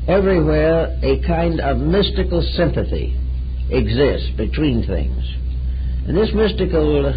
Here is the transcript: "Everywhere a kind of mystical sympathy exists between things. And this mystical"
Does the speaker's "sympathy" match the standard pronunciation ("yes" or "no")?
yes